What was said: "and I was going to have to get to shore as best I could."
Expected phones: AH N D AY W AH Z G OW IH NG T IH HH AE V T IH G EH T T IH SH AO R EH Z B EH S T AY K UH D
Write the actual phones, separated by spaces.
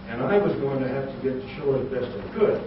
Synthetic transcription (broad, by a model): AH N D AY W AH Z G OW IH NG T IH HH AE F T IH G EH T T IH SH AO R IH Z B EH S T AY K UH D